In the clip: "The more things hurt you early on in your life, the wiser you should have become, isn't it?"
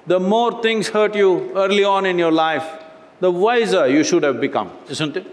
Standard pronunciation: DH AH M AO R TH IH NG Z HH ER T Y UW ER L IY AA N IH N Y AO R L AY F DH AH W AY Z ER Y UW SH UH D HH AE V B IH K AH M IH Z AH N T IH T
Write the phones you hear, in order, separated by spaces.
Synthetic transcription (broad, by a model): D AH M AO R T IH NG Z HH ER T Y UW ER L IY AA N IH N Y AO R L AY F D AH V AY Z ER Y UW SH UH D HH AE V B IH K AH M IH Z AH N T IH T